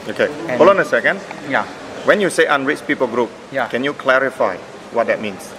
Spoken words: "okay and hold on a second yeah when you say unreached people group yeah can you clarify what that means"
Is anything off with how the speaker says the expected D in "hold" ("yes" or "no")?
yes